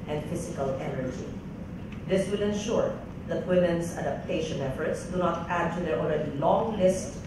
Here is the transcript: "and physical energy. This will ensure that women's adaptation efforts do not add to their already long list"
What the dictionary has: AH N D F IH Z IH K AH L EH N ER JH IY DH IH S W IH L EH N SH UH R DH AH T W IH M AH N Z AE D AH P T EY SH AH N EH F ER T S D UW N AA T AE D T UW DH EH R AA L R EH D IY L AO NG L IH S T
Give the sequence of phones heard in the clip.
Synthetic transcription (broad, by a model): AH N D F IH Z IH K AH L EH N ER JH IY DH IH S W IH L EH N SH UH R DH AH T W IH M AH N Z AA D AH P T EY SH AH N EH F ER T S D UW N AA T AE D T UW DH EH R AA L R EH D IY L AO NG L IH S T